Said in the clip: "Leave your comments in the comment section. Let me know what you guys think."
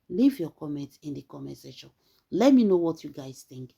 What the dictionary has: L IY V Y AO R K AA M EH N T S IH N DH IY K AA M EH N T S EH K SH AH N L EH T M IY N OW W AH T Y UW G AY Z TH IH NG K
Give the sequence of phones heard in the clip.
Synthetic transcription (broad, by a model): L IY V Y AO K AA M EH N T IH N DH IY K AA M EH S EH SH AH N L EH T M IY N OW W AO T Y UW G AY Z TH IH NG K